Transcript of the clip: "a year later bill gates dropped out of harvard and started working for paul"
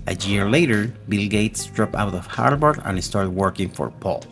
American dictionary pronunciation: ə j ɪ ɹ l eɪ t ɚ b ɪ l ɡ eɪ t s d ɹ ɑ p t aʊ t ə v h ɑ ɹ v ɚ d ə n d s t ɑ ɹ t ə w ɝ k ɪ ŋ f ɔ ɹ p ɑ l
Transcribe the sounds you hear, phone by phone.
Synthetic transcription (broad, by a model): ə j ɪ ɹ l eɪ t ɚ b ɪ l ɡ eɪ t s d ɹ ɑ p aʊ t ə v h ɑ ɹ b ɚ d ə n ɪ s t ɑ ɹ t w ɝ k ɪ ŋ f ɔ ɹ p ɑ l